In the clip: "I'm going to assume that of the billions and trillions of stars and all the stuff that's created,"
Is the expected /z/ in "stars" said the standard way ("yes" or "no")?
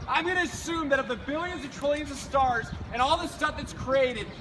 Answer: yes